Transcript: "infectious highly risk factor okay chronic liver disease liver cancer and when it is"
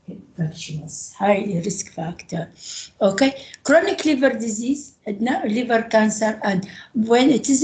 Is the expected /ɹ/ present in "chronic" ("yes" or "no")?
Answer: yes